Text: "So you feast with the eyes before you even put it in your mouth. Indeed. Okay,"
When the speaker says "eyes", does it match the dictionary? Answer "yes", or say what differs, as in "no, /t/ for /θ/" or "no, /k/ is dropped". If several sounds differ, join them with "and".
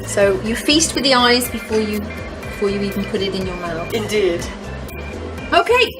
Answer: yes